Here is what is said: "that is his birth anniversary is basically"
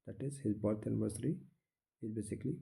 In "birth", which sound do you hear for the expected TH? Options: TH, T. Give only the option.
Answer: T